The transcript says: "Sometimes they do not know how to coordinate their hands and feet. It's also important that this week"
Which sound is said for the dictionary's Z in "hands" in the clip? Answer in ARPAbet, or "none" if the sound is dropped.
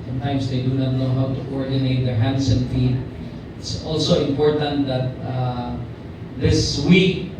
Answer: S